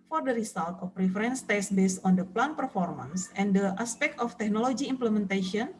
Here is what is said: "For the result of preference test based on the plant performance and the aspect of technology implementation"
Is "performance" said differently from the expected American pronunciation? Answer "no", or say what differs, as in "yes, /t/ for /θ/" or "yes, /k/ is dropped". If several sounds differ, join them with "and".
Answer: no